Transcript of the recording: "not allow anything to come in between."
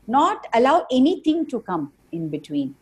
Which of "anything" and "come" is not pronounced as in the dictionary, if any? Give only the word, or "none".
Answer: anything